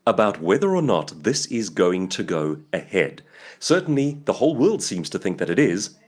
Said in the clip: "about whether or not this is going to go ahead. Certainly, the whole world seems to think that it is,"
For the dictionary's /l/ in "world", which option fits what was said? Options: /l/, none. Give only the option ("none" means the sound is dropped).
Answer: /l/